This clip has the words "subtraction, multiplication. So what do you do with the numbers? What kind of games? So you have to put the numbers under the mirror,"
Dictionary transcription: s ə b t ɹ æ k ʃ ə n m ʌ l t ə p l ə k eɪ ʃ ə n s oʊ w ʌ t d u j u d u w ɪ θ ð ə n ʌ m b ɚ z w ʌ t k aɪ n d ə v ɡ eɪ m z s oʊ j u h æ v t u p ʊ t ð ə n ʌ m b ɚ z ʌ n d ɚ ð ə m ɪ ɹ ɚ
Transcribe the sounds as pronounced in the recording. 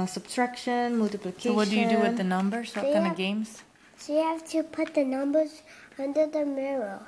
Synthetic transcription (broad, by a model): s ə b t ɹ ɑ k ʃ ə n m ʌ l t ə p l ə k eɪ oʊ w ʌ t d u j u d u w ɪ ð ə n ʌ m b ɚ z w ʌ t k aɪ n ə v ɡ eɪ m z s oʊ j u h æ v t u p ʊ t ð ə n ʌ m b ɚ z ʌ n d ɚ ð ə m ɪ ɹ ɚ